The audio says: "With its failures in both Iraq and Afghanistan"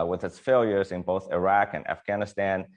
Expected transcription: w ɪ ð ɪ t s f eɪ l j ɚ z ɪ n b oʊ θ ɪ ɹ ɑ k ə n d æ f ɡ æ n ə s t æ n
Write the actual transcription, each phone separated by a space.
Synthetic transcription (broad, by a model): w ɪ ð ɪ t s f eɪ l j ɚ z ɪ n b oʊ θ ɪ ɹ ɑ k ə n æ f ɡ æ n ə s t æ n